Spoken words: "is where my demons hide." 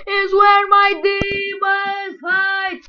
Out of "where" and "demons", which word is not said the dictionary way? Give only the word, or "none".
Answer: demons